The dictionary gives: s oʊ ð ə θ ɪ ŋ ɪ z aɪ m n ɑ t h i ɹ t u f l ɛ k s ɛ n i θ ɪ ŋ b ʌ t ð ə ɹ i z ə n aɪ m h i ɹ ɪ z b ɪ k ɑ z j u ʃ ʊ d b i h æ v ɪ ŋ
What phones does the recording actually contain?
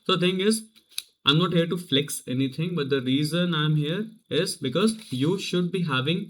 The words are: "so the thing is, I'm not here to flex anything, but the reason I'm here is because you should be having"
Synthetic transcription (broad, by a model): s oʊ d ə t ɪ ŋ ɪ z aɪ m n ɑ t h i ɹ t u f l ɛ k s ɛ n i t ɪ ŋ b ʌ t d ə ɹ i z ə n aɪ m h i ɹ ɪ z b ɪ k ɑ z j u ʃ ʊ d b i h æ v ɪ ŋ